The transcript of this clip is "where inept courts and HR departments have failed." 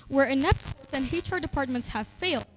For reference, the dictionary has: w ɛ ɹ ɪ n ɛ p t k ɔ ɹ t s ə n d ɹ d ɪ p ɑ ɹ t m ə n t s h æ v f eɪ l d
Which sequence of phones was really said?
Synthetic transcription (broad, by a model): w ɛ ɹ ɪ n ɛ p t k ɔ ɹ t ə n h ɹ d ɪ p ɑ ɹ t m ə n t s h æ v f eɪ l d